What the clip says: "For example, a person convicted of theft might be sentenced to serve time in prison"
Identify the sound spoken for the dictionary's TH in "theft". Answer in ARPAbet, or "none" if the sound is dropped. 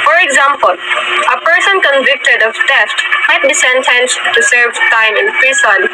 T